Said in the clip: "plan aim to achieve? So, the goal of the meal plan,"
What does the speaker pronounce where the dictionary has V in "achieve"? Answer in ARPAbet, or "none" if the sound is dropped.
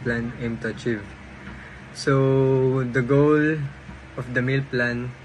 V